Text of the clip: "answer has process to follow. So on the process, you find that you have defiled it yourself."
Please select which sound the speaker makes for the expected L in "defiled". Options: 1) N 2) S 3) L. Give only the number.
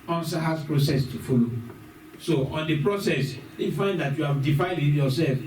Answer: 1